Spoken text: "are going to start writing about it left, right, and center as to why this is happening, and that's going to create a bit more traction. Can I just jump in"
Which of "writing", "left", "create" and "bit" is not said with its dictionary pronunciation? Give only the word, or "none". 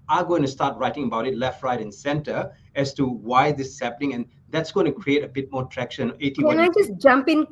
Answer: none